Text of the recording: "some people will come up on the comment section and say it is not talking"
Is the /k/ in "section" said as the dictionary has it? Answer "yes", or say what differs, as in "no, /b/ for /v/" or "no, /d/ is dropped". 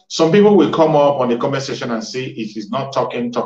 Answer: no, /k/ is dropped